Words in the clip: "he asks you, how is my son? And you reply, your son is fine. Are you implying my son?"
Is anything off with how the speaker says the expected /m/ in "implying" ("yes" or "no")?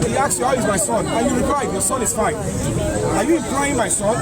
yes